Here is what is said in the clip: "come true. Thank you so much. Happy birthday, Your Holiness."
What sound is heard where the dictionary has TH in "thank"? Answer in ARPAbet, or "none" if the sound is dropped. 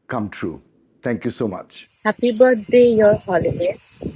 T